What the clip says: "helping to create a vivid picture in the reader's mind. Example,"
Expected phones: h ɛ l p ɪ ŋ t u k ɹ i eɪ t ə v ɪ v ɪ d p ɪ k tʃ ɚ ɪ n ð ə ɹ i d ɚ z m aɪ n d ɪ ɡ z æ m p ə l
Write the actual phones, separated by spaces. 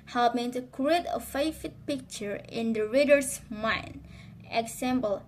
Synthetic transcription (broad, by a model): h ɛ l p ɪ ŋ t u k ɹ i eɪ t ə f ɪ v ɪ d p ɪ k tʃ ɚ ɪ n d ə ɹ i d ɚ s m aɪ n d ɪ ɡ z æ m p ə l